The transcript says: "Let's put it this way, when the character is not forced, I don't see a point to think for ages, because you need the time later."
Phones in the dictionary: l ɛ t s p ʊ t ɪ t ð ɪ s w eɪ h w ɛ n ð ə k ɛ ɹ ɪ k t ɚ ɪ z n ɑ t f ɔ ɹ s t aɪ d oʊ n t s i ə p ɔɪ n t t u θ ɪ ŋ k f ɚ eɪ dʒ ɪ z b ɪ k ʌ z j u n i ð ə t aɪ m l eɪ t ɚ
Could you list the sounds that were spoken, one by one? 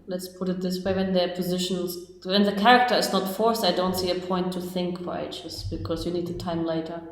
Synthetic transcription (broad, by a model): l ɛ t s p ʊ t ɪ t ð ɪ s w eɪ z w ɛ n ð ə k ɛ ɹ ɪ k t ɚ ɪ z n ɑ t f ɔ ɹ s aɪ d oʊ n t s i ə p ɔɪ n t t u θ ɪ ŋ k f ɚ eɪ tʃ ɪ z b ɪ k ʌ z j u n i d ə t aɪ m l eɪ t ɚ